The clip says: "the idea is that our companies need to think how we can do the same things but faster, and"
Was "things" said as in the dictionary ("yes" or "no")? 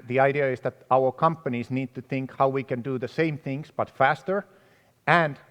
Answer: yes